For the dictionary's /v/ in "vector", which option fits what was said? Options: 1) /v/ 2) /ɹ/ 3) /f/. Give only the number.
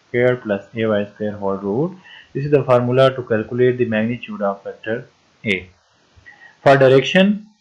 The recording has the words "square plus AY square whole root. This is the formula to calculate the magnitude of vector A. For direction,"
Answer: 3